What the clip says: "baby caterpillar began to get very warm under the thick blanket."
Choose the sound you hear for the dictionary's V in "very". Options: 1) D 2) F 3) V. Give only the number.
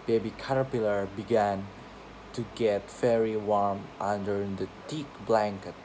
2